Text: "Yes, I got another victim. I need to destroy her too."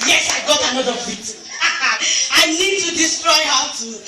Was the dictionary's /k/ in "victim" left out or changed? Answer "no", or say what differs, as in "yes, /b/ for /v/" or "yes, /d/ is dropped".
yes, /k/ is dropped